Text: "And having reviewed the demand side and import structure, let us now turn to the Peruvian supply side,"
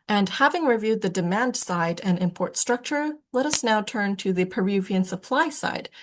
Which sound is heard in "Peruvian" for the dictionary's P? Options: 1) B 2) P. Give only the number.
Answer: 2